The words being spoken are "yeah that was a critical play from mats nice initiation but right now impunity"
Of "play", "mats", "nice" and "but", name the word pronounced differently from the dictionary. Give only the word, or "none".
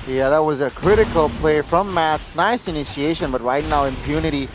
none